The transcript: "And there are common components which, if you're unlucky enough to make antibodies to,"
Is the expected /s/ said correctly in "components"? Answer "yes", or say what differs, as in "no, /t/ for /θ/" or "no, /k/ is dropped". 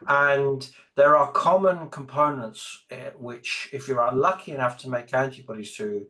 yes